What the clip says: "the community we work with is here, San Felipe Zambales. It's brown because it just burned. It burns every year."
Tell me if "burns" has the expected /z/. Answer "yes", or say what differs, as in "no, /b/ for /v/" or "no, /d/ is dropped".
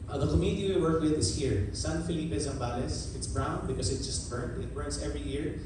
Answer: no, /s/ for /z/